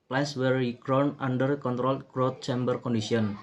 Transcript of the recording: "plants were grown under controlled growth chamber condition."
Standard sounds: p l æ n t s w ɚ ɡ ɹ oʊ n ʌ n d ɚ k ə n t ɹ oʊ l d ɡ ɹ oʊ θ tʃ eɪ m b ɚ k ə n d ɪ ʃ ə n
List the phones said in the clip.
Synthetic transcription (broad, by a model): p l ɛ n s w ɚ ɡ ɹ oʊ n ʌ n d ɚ k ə n t ɹ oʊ l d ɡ ɹ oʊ t tʃ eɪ m b ɚ k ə n d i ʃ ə n